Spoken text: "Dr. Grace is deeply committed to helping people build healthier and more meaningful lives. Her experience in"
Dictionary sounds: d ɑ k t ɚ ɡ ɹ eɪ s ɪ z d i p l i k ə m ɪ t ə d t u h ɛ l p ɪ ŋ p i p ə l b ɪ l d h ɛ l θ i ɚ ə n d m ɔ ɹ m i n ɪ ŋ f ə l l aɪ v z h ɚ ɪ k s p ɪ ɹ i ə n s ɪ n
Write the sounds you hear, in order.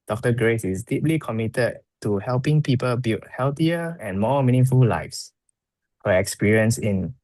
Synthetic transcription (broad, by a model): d ɑ k t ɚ ɡ ɹ eɪ s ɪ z d i p l i k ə m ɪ t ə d t u h ɛ l p ɪ ŋ p i p ə l b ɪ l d h ɛ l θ i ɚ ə n m ɔ m i n ɪ ŋ f ə l l aɪ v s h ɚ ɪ k s p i ɹ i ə n s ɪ n